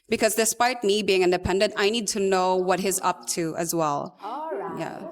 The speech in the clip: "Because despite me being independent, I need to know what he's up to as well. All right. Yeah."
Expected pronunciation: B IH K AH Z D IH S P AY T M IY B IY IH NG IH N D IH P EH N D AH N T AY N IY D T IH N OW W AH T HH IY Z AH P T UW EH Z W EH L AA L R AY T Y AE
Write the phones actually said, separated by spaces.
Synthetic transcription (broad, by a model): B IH K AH Z D IH S P AY T M IY B IY IH NG IH N D IH P EH N D AH N T AY N IY D T IH N OW W AH T HH IY Z AH P T UW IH Z W EH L L Y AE